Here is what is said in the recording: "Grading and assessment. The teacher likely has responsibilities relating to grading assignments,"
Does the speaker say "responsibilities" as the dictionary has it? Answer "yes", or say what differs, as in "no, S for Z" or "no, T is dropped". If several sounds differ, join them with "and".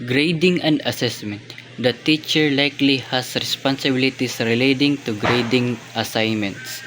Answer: no, S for Z